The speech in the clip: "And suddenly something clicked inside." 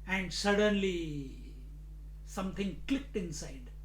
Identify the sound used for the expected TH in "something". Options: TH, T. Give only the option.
T